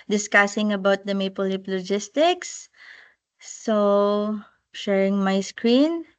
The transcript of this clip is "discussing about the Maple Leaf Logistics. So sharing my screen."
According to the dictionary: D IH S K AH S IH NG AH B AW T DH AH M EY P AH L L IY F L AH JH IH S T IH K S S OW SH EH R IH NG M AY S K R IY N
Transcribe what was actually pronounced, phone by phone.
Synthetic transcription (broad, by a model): D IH S K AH S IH NG AH B AW T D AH M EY P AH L L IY P L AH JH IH S T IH K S S OW SH EH R IH NG M AY S K R IY N